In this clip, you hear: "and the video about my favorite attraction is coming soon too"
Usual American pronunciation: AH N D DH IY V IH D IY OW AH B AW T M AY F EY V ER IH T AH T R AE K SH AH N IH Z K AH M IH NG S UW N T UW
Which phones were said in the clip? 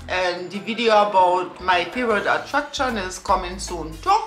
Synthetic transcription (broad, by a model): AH N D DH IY V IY D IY OW AH B AW T M AY P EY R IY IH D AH T R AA K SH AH N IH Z K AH M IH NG S UW N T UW